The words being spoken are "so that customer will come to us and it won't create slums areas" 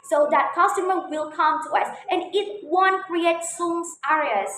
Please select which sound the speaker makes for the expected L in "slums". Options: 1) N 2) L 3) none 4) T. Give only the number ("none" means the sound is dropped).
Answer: 3